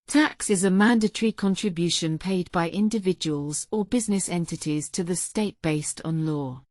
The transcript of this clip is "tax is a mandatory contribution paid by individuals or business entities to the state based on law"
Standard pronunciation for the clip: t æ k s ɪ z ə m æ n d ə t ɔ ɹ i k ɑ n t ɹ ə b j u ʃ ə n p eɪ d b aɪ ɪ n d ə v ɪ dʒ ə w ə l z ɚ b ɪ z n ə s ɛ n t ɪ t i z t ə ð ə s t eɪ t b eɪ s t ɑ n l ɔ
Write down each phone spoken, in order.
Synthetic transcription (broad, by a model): t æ k s ɪ z ə m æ n d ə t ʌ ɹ i k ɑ n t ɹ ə b j u ʃ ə n p eɪ d b aɪ ɪ n d ə v ɪ dʒ ə w ə l z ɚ b ɪ z n ə s ɛ n t ɪ t i z t ə ð ə s t eɪ t b eɪ s t n l ɔ